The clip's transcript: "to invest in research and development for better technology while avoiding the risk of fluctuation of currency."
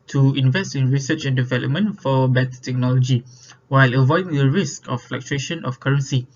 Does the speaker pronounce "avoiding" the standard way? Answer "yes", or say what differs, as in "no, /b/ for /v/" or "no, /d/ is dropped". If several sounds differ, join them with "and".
yes